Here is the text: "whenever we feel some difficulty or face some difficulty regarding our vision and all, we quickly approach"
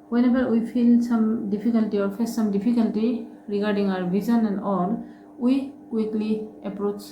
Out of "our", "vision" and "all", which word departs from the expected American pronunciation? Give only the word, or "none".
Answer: vision